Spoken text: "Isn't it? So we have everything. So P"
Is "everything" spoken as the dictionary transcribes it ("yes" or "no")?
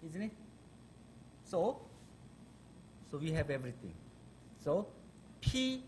no